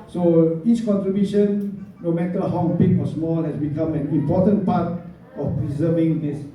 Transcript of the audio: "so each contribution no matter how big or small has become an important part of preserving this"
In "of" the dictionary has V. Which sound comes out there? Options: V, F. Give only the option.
F